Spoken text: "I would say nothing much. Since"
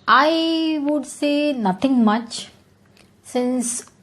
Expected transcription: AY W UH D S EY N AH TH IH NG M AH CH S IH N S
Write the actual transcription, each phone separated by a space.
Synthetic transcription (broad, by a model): AY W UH D S EY N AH T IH NG M AH CH S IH N S